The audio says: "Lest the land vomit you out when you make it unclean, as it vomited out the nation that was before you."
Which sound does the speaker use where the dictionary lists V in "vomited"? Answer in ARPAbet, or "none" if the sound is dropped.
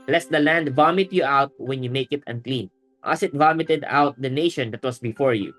V